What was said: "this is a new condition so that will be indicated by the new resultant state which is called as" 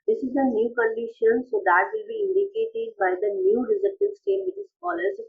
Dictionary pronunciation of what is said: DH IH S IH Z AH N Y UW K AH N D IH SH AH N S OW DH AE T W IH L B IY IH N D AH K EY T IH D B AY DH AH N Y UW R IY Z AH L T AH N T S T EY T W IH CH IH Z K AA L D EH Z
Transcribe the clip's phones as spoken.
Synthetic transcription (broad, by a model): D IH S IH Z AH N Y UW K AH N D IH SH AH N S OW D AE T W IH L B IY IH N D AH K EY T IH D B AY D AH N Y UW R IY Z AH T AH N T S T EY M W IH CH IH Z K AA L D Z